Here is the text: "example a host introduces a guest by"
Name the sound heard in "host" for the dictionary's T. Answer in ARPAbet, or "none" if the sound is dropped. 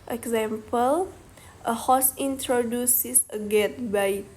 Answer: none